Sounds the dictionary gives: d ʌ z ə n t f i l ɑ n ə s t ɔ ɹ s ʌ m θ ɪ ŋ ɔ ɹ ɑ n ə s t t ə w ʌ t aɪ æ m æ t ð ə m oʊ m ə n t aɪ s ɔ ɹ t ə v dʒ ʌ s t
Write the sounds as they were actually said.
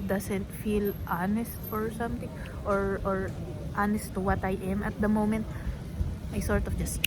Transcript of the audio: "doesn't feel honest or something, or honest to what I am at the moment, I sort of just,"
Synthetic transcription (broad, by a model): d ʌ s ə n t f i l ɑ n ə s t ɔ ɹ s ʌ m t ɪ ŋ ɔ ɹ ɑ n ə s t t ə w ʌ t aɪ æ m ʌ t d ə m oʊ m ə n t aɪ s ɔ ɹ t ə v dʒ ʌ s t